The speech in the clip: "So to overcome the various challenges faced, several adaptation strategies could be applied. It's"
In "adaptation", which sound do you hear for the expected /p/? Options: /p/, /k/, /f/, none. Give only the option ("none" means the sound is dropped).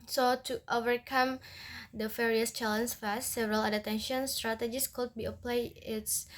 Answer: none